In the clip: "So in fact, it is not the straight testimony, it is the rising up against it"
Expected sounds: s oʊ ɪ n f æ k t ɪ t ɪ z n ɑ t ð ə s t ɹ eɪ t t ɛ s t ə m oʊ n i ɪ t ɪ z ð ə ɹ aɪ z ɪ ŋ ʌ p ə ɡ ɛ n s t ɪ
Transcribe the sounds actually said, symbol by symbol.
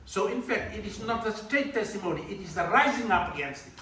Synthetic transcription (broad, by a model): s oʊ ɪ n f æ k t ɪ t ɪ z n ɑ t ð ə s t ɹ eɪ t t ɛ s t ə m oʊ n i ɪ t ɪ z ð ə ɹ aɪ z ɪ ŋ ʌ p ə ɡ ɛ n s t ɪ